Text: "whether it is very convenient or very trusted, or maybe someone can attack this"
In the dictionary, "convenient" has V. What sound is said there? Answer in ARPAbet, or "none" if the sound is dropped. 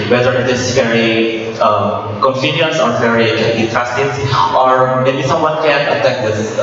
F